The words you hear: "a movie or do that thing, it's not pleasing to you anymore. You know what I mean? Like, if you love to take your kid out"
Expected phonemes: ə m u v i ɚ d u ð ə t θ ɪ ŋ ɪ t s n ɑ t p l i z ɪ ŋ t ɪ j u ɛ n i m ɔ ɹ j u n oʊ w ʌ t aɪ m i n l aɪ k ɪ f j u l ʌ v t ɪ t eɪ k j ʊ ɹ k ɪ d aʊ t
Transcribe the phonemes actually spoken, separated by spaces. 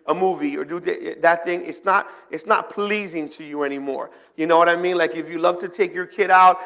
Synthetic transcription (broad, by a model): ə m u v i ɚ d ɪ ð ə t θ ɪ ŋ ɪ t s n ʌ t p l i z ɪ ŋ t ɪ j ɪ ɛ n i m ɔ ɹ j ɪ n oʊ w ʌ t aɪ m i n l aɪ k ɪ f j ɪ l ʌ v t ɪ t eɪ k j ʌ ɹ k ɪ d aʊ t